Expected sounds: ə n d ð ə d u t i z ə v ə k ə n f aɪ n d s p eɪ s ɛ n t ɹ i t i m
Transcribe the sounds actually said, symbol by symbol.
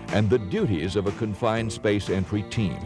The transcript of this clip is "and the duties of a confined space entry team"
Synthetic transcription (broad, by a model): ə n ð ə d u t i z ə v ə k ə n f aɪ n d s p eɪ s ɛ n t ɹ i t i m